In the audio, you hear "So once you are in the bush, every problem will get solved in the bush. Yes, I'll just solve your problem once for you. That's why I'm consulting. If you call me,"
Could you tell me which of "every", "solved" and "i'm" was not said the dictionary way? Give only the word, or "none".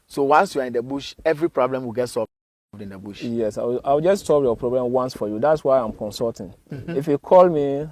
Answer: solved